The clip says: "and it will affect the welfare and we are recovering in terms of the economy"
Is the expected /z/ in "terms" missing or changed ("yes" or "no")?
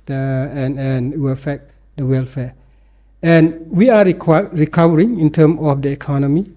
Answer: yes